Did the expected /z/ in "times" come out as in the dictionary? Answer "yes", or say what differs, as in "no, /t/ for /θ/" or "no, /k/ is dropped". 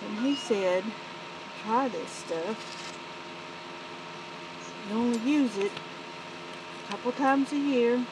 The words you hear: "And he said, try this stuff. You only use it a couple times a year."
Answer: yes